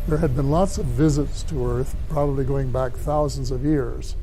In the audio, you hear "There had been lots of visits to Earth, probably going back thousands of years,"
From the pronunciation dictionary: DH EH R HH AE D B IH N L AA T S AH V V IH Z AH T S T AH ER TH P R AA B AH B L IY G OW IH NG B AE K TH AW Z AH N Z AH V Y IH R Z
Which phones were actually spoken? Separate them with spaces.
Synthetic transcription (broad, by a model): DH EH R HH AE D B IH N L AA T S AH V V IH Z AH T S T AH ER TH P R AA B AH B L IY G OW IH NG B AE K TH AW Z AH N Z AH V Y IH R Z